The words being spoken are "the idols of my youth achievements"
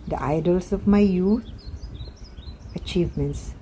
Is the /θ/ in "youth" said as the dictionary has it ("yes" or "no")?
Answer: no